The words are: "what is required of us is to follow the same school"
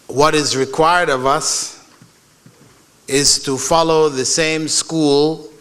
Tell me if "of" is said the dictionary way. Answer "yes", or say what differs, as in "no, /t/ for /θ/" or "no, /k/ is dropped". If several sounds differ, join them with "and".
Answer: yes